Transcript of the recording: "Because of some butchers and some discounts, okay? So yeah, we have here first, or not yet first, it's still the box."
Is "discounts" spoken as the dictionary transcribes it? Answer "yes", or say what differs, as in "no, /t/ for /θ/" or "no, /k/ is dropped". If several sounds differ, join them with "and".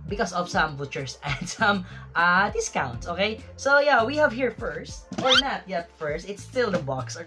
yes